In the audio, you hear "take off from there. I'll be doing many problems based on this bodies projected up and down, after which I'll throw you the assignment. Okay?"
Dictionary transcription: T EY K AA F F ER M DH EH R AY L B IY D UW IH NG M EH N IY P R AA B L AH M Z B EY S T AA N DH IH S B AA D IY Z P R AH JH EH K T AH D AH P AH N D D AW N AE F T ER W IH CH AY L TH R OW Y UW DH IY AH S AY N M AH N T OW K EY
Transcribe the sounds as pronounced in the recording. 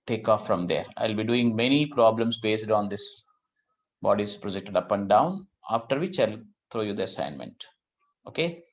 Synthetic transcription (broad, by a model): T EY K AA F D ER M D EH R AY L B IY D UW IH NG M EH N IY P R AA B L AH M S B EY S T AA N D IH S B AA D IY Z P R AH JH EH K T AH D AH P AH N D D AW N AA F T ER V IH CH AY L T R OW Y UW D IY AH S AY N M AH N T OW K EY